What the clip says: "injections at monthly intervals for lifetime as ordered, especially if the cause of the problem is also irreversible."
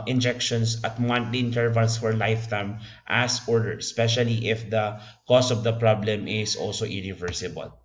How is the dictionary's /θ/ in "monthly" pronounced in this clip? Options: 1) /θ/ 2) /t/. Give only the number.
2